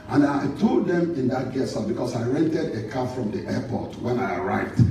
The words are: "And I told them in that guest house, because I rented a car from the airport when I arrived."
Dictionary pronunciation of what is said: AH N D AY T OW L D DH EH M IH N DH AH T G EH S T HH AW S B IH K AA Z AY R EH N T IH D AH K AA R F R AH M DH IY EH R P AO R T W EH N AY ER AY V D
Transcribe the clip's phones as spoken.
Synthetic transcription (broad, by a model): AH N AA AY T OW L D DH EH M IH N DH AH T G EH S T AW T B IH K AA S AY R EH N T IH D AH K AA F R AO M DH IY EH P AO T W EH N AY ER AY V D